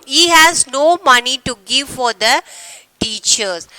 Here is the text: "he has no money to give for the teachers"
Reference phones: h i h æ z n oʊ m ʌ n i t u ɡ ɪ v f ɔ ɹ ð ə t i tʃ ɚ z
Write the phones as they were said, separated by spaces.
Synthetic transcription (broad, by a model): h i h æ z n oʊ m ʌ n i t u ɡ ɪ v f ɔ ɹ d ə t i tʃ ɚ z